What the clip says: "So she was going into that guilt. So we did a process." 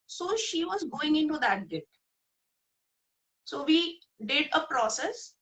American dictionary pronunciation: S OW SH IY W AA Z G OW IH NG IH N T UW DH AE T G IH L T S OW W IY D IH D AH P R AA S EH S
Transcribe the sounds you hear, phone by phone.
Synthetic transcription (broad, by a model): S OW SH IY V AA Z G OW IH NG IH N T UW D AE T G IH T S OW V IY D IH D AH P R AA S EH S